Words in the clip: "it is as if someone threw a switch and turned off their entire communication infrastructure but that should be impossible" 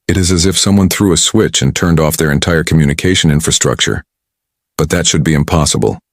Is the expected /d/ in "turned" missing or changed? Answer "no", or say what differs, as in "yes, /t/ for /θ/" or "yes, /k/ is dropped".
no